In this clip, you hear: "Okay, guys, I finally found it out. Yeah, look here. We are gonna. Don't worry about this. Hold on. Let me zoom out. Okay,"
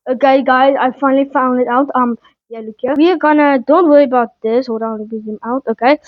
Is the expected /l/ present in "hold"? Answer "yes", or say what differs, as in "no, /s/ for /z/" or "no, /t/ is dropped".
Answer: no, /l/ is dropped